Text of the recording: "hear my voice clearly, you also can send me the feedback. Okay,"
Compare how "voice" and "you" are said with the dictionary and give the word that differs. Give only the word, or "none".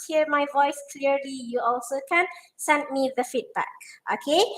none